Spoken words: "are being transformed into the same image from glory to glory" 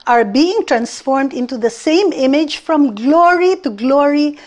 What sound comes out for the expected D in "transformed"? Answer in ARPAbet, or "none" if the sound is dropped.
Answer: D